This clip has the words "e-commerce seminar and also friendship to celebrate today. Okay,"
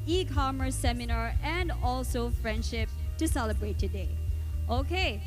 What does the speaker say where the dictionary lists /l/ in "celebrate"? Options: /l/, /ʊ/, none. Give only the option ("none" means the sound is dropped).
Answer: /l/